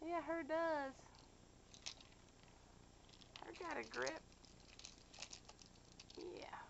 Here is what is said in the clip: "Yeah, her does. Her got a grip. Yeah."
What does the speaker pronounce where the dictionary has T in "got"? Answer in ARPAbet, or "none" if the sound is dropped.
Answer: T